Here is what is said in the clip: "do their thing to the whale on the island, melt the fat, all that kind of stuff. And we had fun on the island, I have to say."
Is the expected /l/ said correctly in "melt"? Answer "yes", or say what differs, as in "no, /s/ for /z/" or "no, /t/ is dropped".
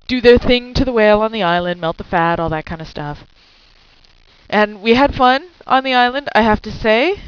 yes